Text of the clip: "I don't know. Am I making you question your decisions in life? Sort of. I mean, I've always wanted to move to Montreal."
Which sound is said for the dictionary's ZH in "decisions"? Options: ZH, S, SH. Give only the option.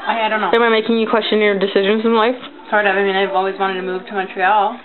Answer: ZH